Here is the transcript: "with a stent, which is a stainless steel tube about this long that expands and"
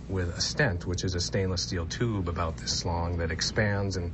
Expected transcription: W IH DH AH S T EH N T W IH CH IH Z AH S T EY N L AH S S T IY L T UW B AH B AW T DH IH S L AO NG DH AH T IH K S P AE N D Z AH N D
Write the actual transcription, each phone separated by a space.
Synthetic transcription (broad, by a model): W IH DH AH S T EH N T W IH CH IH Z AH S T EY N L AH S S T IY L T UW B AH B AW T DH IH S L AO NG DH AH T IH K S P AE N D Z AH N